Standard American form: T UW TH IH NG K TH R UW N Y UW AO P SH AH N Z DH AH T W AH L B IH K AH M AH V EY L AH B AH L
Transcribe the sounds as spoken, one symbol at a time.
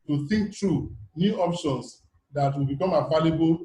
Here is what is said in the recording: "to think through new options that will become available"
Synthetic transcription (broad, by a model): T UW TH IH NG K T R UW N Y UW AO P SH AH N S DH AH T W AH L B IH K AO M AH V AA L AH B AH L